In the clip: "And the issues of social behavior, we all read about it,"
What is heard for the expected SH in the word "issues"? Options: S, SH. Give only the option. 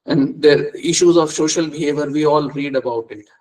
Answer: SH